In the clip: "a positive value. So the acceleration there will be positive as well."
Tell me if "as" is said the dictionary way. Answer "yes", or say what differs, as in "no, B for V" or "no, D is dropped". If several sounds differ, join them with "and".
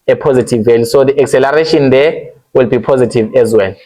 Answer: yes